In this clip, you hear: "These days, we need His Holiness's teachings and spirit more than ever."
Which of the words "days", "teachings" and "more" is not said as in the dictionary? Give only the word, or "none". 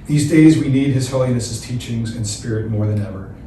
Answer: none